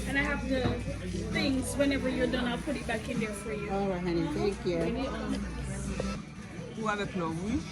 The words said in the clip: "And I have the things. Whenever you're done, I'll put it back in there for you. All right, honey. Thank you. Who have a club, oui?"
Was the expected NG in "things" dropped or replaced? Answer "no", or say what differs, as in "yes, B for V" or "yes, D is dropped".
no